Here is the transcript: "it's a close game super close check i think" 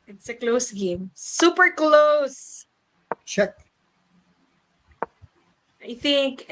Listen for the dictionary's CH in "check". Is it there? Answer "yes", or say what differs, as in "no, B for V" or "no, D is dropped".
no, SH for CH